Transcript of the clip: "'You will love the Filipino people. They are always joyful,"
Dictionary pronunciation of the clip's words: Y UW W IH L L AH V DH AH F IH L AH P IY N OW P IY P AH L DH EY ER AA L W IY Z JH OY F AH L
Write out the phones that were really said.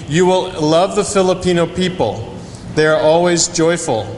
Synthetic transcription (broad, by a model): Y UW W IH L L AH V DH AH F IH L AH P IY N OW P IY P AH L DH EY ER AA L W IY Z JH OY F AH L